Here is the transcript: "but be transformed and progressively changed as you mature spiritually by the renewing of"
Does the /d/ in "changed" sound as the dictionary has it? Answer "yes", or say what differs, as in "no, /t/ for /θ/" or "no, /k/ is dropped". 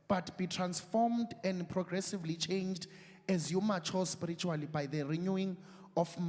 yes